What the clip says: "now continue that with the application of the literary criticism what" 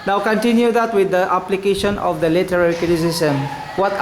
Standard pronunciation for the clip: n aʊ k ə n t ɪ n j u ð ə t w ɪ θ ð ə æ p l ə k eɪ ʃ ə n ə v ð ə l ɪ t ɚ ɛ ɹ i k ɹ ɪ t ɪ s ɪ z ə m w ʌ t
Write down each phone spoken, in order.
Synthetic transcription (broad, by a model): n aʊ k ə n t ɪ n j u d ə t w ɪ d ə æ p l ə k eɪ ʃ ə n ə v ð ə l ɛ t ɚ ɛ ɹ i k ɪ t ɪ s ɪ s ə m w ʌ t